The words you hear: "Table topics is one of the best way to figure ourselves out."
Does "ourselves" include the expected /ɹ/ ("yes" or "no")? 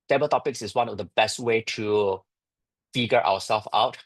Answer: no